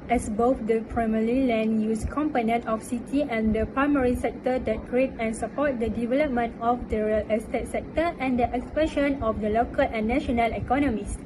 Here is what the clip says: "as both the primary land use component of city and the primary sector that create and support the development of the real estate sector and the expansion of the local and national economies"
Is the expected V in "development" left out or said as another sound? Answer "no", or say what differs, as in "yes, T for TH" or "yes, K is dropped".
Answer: no